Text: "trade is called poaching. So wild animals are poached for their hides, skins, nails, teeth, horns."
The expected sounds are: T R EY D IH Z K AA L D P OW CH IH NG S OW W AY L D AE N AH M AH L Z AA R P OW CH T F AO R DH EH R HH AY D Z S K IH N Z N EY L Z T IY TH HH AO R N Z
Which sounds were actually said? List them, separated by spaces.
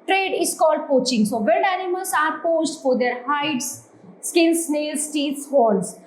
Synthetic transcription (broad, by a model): T R EY D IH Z K AA L D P OW CH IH NG S OW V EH N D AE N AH M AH L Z AA R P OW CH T F AO R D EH R HH AY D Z S K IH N S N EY L S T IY S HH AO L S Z